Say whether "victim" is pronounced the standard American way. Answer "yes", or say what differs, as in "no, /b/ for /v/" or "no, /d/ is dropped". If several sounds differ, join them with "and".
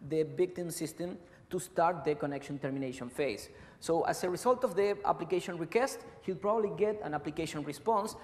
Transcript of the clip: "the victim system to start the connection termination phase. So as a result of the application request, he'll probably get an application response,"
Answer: no, /b/ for /v/